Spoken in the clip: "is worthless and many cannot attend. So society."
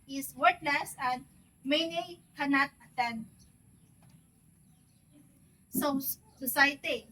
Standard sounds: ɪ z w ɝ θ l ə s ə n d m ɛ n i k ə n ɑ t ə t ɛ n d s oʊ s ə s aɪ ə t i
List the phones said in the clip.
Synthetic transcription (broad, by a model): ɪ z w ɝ t l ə s ə n d m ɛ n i k ə n ɑ t ə t ɛ n d s oʊ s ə s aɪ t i